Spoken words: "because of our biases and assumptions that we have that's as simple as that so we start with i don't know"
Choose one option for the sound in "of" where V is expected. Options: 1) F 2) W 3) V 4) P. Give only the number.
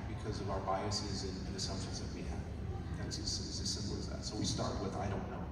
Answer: 3